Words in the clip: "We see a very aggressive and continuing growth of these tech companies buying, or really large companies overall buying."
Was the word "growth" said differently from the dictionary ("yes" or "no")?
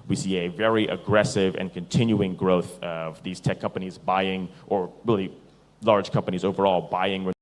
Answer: no